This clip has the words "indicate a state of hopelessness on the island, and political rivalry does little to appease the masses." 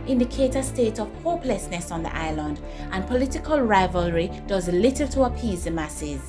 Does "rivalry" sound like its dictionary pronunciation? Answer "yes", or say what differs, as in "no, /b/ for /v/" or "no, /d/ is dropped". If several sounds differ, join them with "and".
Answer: yes